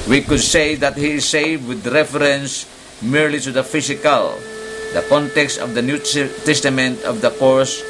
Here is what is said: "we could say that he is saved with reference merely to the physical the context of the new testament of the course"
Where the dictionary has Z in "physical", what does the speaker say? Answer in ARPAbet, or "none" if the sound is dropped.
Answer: S